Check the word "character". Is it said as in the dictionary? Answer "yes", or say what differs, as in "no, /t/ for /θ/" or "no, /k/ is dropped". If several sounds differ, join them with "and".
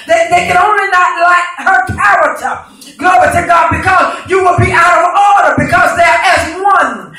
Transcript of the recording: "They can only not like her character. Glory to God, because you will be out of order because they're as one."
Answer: no, /ɹ/ is dropped